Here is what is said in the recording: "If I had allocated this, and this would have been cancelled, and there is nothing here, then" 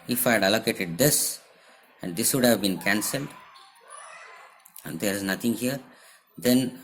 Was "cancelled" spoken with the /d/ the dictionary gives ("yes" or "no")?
yes